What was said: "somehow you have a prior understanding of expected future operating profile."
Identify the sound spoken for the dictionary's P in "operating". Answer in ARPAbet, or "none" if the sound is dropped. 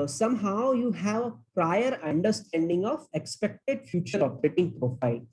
F